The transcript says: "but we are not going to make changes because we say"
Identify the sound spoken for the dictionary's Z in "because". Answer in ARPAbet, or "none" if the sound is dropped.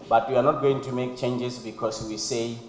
S